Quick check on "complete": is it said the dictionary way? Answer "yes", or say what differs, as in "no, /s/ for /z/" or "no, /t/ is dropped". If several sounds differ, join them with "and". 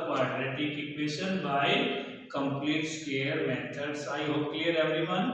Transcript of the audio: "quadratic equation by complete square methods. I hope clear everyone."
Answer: yes